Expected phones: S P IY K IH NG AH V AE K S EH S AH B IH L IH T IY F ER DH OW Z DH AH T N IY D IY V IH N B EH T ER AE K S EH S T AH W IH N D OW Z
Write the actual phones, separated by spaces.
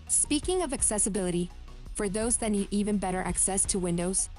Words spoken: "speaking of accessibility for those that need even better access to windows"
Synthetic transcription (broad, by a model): S P IY K IH NG AH V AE K S EH S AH B IH L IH T IY F ER DH OW Z DH AH T N IY D IY V IH N B EH T ER AE K S EH S T AH W IH N D OW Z